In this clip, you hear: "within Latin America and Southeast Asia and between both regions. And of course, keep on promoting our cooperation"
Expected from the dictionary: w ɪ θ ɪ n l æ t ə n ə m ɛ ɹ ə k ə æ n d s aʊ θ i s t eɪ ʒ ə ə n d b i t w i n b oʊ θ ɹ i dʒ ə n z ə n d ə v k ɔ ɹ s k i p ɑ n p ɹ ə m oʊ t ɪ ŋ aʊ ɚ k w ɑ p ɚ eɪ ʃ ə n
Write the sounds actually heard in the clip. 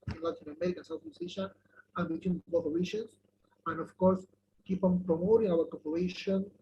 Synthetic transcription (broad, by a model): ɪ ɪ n l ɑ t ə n ə m ɛ ɹ ə k ə n s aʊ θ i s eɪ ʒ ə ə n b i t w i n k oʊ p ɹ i ʃ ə n s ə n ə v k ɔ ɹ s k i p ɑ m p ɹ ə m oʊ t ɪ ŋ aʊ ɚ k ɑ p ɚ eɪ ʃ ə n